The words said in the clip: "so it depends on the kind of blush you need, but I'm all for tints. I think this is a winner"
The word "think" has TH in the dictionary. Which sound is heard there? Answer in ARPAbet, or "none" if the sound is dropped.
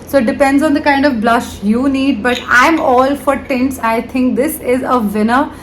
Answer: T